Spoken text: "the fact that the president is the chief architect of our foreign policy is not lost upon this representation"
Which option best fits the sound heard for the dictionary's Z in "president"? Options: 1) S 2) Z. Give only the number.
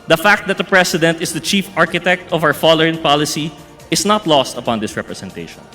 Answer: 1